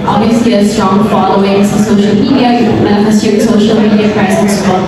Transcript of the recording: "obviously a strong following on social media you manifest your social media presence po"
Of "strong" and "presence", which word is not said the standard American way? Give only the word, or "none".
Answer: presence